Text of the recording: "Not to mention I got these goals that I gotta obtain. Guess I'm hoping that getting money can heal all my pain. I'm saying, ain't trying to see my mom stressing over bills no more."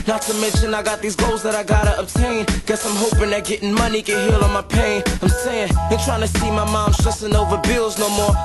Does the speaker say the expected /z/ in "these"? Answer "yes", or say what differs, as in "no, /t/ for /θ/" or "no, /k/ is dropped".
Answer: yes